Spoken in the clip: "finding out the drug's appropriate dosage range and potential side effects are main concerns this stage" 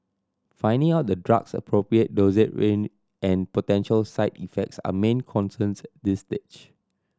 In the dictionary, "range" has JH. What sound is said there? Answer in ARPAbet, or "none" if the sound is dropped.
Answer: none